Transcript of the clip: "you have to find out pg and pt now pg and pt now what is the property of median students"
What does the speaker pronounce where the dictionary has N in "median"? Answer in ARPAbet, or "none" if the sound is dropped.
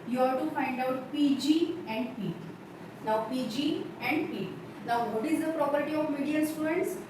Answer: L